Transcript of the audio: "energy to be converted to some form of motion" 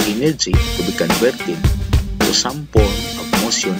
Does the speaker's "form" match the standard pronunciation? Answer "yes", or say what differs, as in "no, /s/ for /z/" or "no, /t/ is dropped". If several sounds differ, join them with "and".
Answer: no, /p/ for /f/